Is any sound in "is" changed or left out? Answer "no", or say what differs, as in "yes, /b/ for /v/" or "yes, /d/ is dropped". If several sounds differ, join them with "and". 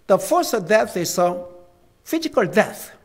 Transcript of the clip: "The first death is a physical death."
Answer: yes, /s/ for /z/